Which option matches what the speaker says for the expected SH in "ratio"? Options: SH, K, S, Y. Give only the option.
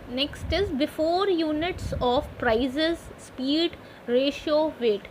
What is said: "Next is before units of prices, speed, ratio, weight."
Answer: SH